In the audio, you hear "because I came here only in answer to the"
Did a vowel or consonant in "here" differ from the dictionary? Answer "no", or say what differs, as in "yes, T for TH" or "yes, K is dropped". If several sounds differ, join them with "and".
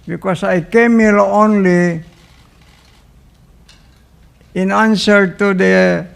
yes, L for R